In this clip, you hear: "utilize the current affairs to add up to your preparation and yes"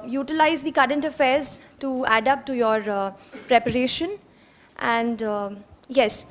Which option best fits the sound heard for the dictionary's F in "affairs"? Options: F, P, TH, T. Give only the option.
F